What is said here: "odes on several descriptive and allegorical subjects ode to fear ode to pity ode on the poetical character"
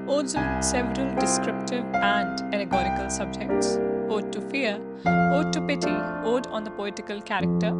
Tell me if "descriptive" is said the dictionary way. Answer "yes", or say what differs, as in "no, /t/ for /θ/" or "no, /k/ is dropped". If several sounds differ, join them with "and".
yes